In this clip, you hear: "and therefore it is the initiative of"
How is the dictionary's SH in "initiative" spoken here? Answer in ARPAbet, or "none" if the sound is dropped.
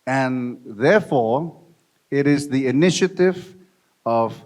SH